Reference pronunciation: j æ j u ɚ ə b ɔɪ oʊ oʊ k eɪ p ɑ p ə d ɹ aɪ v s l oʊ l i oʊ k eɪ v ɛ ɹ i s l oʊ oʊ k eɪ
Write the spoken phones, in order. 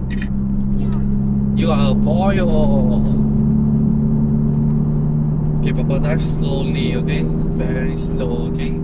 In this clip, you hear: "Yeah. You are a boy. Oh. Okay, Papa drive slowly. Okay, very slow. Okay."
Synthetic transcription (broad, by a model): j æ j u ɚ ə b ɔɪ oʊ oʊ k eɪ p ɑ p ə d aɪ f s l oʊ l i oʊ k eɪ v ɛ ɹ i s l oʊ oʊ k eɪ